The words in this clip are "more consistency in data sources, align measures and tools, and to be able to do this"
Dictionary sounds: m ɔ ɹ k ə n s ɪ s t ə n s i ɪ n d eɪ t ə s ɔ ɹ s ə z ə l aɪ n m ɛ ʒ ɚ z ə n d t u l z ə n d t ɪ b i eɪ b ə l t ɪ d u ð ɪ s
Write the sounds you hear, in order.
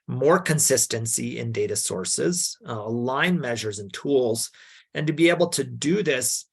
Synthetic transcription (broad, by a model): m ɔ ɹ k ə n s ɪ s t ə n s i ɪ n d eɪ t ə s ɔ ɹ s ə z ə l aɪ n m ɛ ʒ ɚ z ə n t u l z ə n t ɪ b i eɪ b l t ɪ d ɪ ð ɪ s